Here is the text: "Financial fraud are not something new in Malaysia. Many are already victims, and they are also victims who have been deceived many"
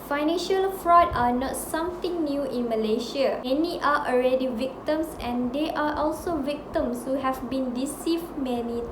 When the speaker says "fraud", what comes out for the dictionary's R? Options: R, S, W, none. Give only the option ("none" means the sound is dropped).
R